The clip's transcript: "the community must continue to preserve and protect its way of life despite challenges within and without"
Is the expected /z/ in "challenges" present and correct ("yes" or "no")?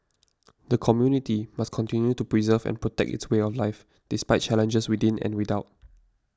no